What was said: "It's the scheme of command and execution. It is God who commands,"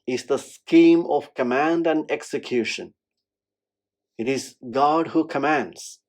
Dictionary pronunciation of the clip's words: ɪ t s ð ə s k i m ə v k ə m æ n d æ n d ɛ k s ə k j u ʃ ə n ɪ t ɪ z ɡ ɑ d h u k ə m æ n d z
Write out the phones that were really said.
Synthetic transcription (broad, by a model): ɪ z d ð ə s k i m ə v k ə m æ n d æ n d ɛ k s ə k j u ʃ ə n ɪ t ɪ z ɡ ɑ d h u k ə m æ n d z